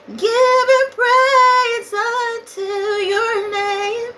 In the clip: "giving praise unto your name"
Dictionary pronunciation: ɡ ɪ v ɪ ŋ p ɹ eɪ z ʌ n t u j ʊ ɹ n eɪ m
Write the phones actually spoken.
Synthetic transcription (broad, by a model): ɡ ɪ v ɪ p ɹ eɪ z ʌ t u j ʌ ɹ n eɪ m